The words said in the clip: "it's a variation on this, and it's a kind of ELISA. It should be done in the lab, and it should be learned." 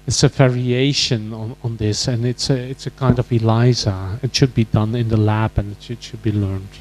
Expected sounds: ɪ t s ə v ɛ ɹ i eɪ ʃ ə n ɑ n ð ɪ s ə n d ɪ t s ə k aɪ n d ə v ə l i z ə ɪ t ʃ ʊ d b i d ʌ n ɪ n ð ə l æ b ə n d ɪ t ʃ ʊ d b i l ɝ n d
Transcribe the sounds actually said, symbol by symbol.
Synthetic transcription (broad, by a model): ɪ t s ə v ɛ ɹ i eɪ ʃ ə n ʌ n ð ɪ s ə n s ɪ t s ə k aɪ n d ə v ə l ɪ z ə ɪ t ʃ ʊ d b i d ʌ n ɪ n ð ə l æ b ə n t ɪ t ʃ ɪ d b i l ɝ n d